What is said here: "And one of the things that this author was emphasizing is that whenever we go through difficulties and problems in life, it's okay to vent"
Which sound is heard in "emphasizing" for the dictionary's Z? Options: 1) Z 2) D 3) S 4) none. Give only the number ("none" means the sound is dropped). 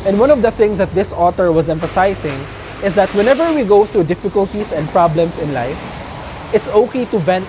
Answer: 3